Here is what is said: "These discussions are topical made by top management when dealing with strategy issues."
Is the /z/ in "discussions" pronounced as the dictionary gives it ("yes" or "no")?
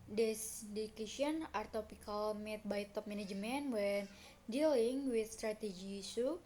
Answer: no